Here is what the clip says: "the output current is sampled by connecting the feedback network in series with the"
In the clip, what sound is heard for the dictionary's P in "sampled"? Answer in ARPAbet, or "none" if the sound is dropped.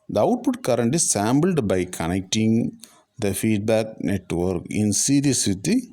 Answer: B